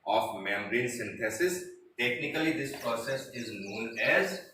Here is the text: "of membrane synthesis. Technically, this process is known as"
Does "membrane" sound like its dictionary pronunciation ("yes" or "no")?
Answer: no